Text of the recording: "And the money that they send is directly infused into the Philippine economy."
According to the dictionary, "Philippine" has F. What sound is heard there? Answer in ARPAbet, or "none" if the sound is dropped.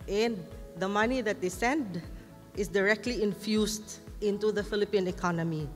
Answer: F